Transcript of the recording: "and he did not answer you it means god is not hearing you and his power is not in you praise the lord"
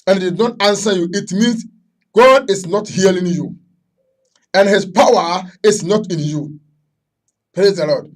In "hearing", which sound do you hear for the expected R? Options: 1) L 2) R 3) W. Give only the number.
1